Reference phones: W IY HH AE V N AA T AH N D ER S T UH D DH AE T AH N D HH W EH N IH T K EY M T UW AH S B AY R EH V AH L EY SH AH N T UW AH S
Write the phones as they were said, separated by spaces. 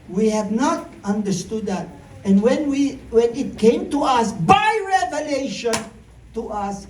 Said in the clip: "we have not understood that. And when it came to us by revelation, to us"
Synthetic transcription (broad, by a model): W IY HH AE V N AA T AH N D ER S T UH D DH AE T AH N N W W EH N IH T K EY M T UW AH S B AY R EH V AH L EY SH AH N T UW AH S